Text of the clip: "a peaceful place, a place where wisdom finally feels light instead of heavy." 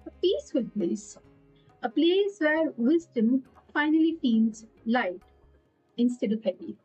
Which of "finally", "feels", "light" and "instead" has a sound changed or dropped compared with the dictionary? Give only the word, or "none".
feels